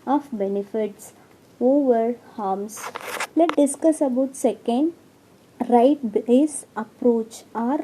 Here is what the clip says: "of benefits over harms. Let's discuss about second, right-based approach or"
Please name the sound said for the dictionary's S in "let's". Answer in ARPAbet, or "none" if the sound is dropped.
none